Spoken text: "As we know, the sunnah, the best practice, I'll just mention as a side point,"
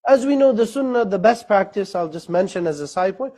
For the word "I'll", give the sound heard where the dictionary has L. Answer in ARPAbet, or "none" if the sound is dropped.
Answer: L